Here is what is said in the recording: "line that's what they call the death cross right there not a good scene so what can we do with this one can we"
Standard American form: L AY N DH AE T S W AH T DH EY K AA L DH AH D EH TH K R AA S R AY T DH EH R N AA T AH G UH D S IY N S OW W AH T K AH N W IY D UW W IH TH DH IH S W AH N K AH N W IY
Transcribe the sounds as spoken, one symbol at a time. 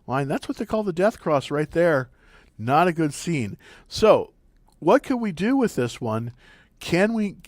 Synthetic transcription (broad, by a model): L AY N DH AE T S W AH T DH EY K AA L DH AH D EH TH K R AA S R AY T DH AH R N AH T AH G UH D S IY N S OW W AH T K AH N W IY D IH W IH DH IH S W AH N K AH N W IY